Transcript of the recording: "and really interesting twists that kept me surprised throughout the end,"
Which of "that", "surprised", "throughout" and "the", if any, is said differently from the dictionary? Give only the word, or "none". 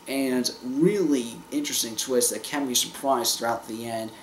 surprised